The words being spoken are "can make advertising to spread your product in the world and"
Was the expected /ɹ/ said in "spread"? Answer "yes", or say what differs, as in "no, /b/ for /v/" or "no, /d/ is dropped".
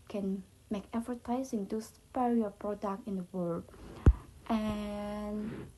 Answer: no, /ɹ/ is dropped